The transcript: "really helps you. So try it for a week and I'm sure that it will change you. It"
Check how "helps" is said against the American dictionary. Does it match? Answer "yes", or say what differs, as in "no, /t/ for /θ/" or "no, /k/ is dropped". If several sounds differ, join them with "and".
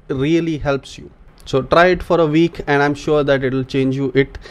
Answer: yes